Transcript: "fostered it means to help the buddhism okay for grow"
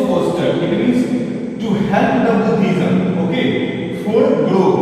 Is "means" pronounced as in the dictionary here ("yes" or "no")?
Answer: no